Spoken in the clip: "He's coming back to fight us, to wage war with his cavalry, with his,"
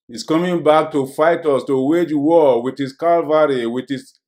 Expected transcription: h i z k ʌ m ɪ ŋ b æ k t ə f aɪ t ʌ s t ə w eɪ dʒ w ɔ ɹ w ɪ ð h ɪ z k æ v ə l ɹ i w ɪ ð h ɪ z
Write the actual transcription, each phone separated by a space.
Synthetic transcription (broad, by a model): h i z k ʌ m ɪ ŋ b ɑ k t ə f aɪ t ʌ s t ə w eɪ dʒ w ɔ w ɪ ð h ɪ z k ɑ v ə ɹ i w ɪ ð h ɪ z